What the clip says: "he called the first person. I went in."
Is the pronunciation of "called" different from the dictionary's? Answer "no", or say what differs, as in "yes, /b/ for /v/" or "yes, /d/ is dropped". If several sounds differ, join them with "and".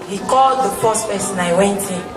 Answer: no